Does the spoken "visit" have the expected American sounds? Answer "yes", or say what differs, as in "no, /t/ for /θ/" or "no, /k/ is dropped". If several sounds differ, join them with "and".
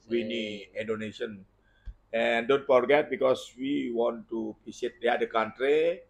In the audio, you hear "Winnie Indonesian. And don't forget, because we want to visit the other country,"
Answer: no, /p/ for /v/ and /s/ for /z/